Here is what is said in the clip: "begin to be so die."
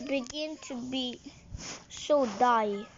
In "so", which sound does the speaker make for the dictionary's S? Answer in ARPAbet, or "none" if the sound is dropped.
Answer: SH